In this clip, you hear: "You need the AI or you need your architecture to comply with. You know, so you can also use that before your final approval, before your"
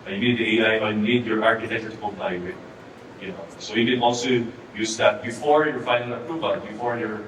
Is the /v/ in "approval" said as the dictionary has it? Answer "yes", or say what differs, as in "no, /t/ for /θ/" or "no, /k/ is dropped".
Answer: no, /b/ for /v/